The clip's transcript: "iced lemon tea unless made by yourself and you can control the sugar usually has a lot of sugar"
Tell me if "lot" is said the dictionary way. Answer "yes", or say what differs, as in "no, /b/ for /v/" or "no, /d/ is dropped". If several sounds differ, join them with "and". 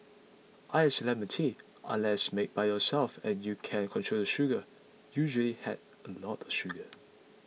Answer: no, /n/ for /l/